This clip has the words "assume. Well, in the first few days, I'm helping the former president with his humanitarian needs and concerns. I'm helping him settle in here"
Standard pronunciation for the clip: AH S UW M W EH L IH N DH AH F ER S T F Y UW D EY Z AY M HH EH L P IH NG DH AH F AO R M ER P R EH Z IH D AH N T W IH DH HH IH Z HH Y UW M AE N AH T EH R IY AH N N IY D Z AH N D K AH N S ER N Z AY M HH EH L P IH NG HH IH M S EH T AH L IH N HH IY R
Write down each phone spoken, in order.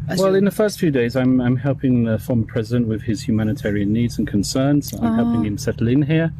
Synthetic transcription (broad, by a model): W EH L IH N DH AH F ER S T F Y UW D EY Z AY M HH EH L P IH NG DH AH F AO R M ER P R EH Z IH D AH N T W IH DH IH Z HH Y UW M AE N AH T EH R IY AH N N IY D Z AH N K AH N S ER N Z AY M HH EH L P IH NG HH IH M S EH T L IH N HH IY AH